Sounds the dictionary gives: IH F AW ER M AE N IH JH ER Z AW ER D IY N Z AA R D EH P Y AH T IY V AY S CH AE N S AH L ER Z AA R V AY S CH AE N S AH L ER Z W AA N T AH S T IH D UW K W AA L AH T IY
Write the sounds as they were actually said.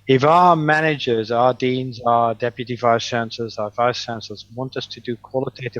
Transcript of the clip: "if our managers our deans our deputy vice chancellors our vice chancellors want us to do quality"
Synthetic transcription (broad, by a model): IH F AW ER M AE N IH JH ER Z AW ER D IY N Z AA D EH P Y AH T IY V AY S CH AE N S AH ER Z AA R V AY S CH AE N S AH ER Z W AA N T AH S T IH D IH K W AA L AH T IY